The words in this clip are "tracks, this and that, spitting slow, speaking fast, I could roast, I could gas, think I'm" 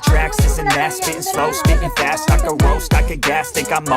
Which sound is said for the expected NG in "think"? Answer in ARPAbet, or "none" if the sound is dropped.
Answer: none